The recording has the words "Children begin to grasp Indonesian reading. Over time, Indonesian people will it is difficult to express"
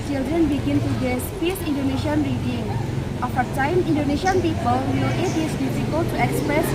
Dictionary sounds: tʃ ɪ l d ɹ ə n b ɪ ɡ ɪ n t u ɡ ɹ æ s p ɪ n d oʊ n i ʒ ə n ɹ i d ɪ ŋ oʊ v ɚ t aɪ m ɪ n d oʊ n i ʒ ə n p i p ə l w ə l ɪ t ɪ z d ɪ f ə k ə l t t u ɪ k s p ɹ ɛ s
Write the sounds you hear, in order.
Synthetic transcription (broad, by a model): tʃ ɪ l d ɹ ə n b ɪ ɡ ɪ n t u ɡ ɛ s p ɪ n d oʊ n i ʃ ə n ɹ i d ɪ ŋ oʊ f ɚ t aɪ m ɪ n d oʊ n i ʃ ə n p i p ə l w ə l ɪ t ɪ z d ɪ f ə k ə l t t u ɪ k s p ɹ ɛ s